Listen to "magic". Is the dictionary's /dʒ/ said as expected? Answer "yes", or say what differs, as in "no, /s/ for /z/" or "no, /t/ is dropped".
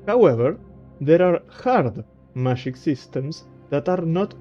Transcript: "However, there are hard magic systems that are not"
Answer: no, /ʃ/ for /dʒ/